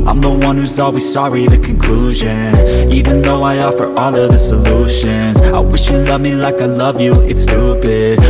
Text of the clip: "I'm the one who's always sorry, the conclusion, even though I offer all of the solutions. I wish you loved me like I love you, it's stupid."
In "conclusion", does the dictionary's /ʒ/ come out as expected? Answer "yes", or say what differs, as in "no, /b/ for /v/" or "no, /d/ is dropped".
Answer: yes